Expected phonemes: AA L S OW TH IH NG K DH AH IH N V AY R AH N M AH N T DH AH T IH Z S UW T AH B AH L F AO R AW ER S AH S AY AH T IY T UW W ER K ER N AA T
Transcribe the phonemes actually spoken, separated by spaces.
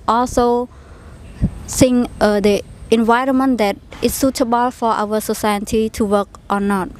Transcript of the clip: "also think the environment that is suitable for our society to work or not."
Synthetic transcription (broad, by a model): AA L S OW S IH NG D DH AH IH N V AY R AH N M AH N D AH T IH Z S UW T AH B AH L F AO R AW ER S AH S AY AH T IY T UW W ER K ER N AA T